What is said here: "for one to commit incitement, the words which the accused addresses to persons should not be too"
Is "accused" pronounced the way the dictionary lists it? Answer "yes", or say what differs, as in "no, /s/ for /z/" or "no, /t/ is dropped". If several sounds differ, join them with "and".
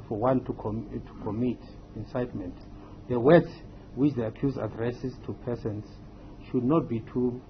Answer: no, /d/ is dropped